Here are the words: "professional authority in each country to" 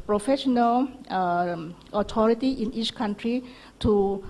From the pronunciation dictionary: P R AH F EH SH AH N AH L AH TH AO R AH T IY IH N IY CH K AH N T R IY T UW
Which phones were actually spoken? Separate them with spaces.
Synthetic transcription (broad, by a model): P R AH F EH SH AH N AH L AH T AO R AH T IY IH N IY CH K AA N T R IY T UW